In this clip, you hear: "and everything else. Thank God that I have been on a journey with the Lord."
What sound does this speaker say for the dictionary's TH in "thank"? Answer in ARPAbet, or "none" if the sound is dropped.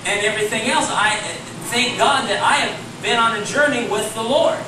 S